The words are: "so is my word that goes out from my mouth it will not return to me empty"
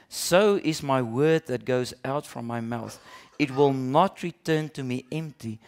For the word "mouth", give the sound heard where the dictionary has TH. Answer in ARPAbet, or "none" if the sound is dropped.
TH